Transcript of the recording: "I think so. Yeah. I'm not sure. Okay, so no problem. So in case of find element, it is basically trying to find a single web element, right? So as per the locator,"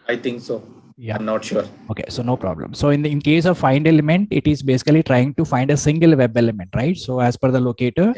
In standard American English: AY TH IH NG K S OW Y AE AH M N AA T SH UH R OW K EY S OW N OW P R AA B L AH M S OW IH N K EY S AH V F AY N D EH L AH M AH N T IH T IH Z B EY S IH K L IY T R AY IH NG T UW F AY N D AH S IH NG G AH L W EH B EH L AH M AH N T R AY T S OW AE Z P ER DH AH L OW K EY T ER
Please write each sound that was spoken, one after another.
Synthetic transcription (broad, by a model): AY T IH NG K S OW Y AH M N AA T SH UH R OW K EY S OW N OW P R AA B L AH M S OW IH N K EY S AH V F AY N D EH L AH M AH N T IH T IH Z B EY S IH K L IY T R AY IH NG T UW F AY N D AH S IH NG G AH L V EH B EH L AH M AH N T R AY T S OW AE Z F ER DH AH L OW K EY T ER